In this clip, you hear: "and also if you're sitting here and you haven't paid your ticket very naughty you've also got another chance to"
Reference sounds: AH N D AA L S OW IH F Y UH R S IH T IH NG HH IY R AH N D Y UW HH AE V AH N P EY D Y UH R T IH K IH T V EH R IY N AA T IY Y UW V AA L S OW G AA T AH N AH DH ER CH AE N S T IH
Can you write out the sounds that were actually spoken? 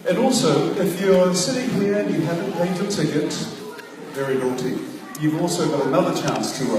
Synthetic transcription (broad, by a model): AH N AA L S OW IH F Y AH R S IH T IH NG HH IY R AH N Y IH HH AE V AH N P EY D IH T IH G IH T V EH R IY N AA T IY Y UW V AA L S OW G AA T AH N AH DH ER CH AE N S T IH